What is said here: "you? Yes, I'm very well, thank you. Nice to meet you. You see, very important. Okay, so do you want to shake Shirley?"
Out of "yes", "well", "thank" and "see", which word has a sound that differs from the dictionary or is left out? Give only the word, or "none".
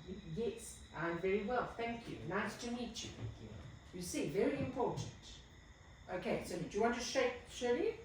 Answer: none